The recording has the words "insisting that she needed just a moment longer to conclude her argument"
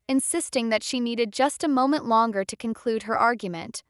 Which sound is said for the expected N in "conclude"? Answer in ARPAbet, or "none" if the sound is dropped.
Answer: N